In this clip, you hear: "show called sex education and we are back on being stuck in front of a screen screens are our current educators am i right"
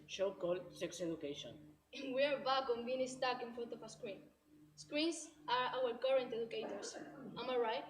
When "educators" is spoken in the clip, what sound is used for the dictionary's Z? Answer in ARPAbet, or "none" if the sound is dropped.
S